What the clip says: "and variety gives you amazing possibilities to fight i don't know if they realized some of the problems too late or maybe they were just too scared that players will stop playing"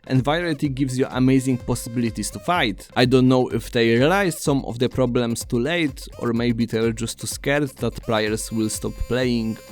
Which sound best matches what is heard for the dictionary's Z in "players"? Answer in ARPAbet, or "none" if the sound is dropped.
S